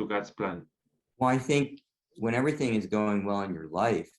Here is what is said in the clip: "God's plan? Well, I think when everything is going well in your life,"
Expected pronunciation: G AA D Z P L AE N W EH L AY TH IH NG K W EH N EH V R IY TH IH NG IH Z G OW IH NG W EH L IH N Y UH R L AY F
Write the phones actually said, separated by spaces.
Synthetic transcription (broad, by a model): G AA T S P L AE N W EH L AY TH IH NG K W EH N EH V R IY TH IH NG IH Z G OW IH NG W EH L IH N Y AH R L AY F